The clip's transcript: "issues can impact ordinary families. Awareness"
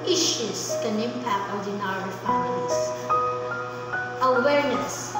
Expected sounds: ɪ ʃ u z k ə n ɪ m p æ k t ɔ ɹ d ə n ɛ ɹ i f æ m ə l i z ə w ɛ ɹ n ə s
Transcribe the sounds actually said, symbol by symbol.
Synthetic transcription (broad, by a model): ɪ ʃ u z k ə n ɪ m p æ k t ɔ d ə n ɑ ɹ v p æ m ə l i s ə w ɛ ɹ n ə s